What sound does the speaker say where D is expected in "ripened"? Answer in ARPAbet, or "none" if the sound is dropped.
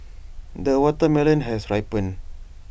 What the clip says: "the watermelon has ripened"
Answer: none